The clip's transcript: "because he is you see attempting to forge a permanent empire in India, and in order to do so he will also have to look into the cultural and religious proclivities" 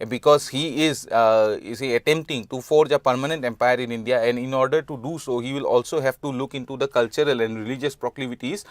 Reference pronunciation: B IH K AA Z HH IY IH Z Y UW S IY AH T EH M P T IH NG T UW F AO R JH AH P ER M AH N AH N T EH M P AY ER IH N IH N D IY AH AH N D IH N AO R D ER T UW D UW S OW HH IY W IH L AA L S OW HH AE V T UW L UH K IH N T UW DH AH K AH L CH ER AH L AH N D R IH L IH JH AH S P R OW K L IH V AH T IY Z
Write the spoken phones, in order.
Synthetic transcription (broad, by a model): B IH K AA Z HH IY IH Z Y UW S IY AH T EH M P T IH NG T UW F AO R JH AH P ER M AH N AH N T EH M P AY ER IH N IH N D IY AH AH N D IH N AO R D ER T UW D UW S OW HH IY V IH L AA L S OW HH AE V T UW L UH K IH N T UW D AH K AH L CH ER AH L AH N D R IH L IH JH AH S P R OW K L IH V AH T IY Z